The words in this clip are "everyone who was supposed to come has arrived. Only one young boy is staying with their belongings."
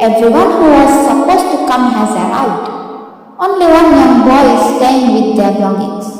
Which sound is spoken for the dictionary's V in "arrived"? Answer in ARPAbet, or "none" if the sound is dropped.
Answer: W